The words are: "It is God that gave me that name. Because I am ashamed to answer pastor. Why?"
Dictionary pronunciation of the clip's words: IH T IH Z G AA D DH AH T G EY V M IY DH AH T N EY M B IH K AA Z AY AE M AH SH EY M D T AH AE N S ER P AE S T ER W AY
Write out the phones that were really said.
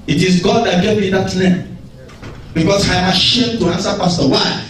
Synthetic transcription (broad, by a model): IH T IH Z G AA D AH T G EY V M IY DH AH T L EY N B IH K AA S AY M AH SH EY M T AH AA N S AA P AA S T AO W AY